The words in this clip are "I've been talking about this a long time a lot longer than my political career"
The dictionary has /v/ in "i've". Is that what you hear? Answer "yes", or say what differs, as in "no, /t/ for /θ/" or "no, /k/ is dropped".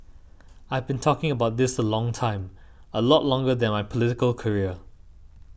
yes